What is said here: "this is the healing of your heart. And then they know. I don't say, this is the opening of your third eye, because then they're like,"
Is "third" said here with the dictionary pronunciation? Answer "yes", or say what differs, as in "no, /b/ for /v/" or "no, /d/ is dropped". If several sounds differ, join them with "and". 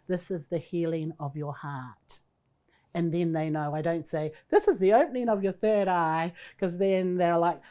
yes